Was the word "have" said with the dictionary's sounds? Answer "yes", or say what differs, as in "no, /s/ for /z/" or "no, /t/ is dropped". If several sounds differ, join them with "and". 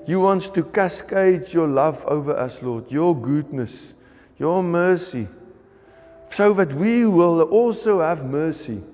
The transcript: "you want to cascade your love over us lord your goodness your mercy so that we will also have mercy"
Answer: yes